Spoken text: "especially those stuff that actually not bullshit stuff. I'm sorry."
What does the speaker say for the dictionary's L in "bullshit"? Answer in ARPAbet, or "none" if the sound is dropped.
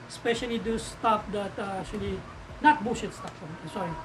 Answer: none